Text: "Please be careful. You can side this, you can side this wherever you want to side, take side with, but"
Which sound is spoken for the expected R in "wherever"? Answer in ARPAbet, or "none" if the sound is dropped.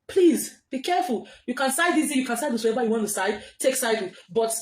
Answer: none